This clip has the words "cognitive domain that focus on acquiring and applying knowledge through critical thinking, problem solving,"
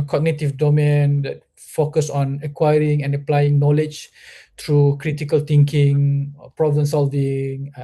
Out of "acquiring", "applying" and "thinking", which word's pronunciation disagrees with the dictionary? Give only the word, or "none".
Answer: thinking